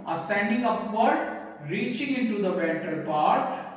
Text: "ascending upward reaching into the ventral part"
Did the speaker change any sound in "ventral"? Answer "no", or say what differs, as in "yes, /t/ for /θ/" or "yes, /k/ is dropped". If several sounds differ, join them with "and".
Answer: yes, /ɹ/ is dropped